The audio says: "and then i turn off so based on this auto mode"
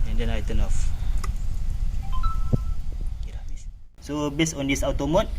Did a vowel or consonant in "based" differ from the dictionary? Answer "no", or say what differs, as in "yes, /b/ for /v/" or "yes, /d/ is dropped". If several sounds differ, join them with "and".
yes, /t/ is dropped